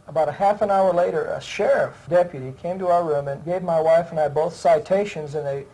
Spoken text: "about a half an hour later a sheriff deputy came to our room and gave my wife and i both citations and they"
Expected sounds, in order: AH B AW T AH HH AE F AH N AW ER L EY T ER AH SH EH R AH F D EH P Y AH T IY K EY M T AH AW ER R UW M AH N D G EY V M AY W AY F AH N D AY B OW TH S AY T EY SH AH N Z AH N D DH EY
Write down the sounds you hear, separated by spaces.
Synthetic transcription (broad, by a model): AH B AW T AH HH AE F AH N AW ER L EY T ER AH SH EH R AH F D EH P Y AH T IY K EY M T AH AW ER R UW M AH N G EY V M AY W AY F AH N AY B OW TH S AY T EY SH AH N Z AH N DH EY